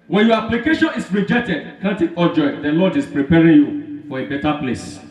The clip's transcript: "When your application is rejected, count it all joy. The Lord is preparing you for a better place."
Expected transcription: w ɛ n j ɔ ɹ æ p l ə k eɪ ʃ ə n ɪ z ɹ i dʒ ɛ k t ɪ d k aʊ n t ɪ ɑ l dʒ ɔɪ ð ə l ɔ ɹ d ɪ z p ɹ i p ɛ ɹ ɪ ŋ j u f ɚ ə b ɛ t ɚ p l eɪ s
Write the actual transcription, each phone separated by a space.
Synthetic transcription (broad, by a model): w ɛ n j ɔ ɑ p l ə k eɪ ʃ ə n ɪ s ɹ i dʒ ɛ k t ɪ d k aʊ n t ɪ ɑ dʒ ɔɪ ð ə l ɔ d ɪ s p ɹ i p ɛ ɹ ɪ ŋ j u f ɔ ə b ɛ t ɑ p l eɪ s